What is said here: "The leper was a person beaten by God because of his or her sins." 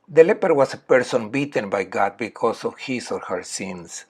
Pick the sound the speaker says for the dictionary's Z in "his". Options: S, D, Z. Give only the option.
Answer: S